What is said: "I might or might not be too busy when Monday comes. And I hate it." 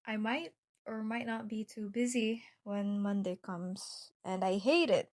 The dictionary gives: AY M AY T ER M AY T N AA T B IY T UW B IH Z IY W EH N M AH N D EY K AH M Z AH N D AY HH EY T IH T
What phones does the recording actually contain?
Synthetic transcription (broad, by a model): AY M AY T ER M AY T N AA T B IY T UW B IH Z IY W EH N M AH N D EY K AH M Z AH N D AY HH EY T IH T